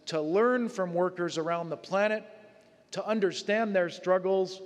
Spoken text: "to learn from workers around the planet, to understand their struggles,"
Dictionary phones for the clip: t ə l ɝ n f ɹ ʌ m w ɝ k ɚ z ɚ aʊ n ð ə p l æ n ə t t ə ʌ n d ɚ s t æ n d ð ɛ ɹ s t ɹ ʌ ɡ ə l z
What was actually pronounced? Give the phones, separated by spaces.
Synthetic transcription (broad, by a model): t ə l ɝ n f ɹ ʌ m w ɝ k ɚ z ɚ aʊ n ð ə p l æ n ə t t ə ʌ n d ɚ s t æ n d ð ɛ ɹ s t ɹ ʌ ɡ l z